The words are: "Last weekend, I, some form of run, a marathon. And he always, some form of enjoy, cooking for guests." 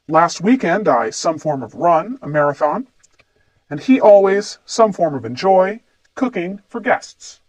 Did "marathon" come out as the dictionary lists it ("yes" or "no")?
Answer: yes